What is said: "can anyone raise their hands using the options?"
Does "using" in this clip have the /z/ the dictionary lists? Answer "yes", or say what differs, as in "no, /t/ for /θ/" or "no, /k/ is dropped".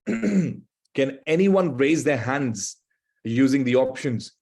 yes